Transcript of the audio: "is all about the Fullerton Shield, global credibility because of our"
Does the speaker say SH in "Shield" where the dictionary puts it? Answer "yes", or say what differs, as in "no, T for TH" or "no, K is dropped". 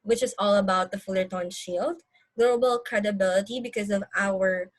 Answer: yes